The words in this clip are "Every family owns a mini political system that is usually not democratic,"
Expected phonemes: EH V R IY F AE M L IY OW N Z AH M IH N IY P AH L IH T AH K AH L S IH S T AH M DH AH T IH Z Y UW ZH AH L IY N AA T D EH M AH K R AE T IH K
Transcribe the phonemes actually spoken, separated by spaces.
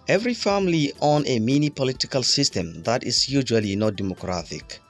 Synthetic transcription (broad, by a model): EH V R IY F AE M L IY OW N AH M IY N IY P AH L IH T AH K AH L S IH S T AH M DH AH T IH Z Y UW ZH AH L IY N AA T D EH M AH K R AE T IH K